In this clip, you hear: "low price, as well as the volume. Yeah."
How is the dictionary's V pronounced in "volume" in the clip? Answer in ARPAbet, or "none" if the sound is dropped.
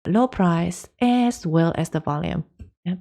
V